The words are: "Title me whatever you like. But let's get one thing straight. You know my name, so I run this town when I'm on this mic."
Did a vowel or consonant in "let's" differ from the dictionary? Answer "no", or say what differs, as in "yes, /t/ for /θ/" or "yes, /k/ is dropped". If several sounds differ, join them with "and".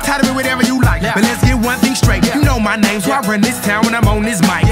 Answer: no